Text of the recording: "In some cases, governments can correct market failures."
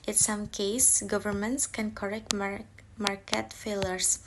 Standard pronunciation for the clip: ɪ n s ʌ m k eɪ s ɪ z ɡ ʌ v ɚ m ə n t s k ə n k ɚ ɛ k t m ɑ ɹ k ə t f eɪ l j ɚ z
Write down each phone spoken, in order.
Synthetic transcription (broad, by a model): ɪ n s ʌ m k eɪ ɪ s ɡ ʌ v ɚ m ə n t s k ə n k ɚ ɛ k t m ɑ ɹ k ə t f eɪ l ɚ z